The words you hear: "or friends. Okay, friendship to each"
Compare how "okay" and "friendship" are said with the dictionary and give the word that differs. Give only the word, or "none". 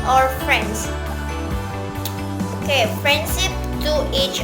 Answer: friendship